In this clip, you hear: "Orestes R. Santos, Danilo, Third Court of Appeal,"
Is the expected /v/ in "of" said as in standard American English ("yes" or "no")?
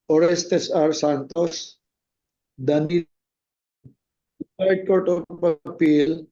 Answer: no